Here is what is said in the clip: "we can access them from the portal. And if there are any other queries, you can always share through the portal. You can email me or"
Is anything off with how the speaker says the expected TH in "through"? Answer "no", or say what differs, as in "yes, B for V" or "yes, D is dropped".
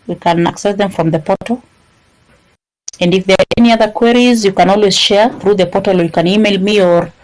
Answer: no